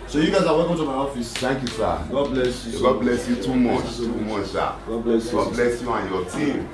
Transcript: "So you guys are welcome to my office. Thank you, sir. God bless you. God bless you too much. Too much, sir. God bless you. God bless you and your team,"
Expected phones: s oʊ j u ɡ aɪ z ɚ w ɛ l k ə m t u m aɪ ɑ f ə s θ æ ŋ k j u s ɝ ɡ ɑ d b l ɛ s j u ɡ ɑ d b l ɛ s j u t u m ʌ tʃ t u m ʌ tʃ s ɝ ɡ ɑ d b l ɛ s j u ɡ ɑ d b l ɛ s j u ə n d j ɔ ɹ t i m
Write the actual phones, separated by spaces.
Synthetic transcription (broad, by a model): s oʊ j u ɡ aɪ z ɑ w ɛ l k ə m t u m aɪ ɑ f ə s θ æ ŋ k j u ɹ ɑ ɡ ɑ d b l ɛ s j u ɡ ɑ d b l ɛ s j u t u m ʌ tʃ t u m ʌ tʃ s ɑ ɡ ɑ d b l ɛ s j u ɡ ɑ d b l ɛ s j u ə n j ɔ t i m